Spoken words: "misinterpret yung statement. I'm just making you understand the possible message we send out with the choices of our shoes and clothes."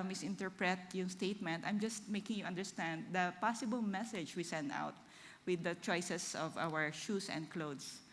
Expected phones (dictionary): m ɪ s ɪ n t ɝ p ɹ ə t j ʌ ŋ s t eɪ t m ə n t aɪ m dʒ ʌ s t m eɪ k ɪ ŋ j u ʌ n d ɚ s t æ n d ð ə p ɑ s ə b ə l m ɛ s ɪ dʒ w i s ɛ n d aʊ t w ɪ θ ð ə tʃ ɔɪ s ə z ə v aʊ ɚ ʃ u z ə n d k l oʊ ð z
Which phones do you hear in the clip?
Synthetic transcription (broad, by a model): m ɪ s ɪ n t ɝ p ɹ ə t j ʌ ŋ s t eɪ t m ə n t aɪ m dʒ ʌ s t m eɪ k ɪ ŋ j u ʌ n d ɚ s t æ n d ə p ɑ s ə b ə l m ɛ s ɪ dʒ w i s ɛ n d aʊ t w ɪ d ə tʃ ɔɪ s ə s ə v aʊ ɚ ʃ u s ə n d k l oʊ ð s